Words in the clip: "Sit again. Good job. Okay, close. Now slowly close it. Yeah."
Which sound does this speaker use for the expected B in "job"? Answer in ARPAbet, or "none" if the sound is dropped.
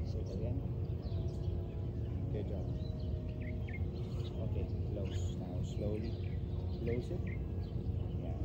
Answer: none